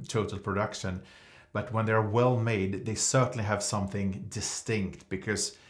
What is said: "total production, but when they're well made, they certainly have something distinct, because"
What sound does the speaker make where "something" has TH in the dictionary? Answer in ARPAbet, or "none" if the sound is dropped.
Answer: TH